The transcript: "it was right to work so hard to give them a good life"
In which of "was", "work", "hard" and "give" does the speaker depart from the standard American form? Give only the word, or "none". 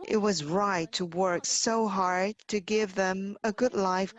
none